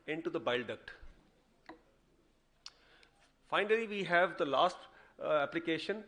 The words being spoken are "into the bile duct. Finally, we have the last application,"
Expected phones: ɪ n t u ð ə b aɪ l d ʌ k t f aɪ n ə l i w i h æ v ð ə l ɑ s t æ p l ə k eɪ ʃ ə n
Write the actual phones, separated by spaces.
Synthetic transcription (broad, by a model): ɪ n t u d ə b aɪ l d ʌ k t f aɪ n ə l i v i h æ v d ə l ɑ s t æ p l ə k eɪ ʃ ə n